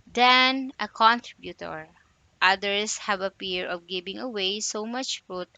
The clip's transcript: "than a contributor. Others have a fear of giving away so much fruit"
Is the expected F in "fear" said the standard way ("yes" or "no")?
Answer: no